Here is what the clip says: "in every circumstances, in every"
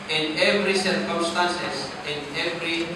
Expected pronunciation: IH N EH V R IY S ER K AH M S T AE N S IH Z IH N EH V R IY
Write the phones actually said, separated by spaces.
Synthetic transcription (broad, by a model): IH N EH V R IY S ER K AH M S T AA N S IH S IH N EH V R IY